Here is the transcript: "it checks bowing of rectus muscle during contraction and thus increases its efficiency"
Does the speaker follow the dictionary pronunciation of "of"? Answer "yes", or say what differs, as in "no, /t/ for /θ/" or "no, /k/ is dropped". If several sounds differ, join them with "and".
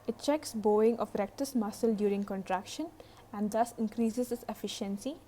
no, /p/ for /v/